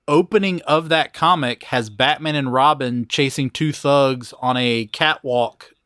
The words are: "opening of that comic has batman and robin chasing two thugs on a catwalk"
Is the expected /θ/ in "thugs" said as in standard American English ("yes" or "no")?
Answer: yes